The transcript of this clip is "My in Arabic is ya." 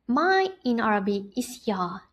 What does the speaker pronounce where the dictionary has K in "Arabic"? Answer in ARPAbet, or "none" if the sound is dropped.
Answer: none